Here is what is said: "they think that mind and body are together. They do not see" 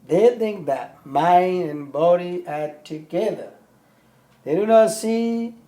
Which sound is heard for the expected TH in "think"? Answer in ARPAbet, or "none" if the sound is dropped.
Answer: TH